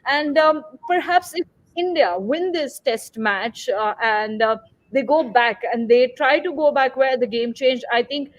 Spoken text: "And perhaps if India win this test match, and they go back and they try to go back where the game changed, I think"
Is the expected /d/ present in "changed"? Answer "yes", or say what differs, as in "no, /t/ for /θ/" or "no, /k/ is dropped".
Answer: no, /d/ is dropped